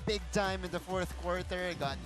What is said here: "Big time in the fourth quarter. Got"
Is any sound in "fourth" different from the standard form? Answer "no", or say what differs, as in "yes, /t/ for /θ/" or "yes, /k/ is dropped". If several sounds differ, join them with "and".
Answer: no